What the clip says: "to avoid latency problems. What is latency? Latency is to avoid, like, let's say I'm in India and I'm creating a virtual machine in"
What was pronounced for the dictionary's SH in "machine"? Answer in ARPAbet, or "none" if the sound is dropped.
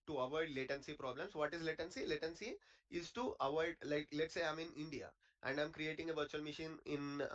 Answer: SH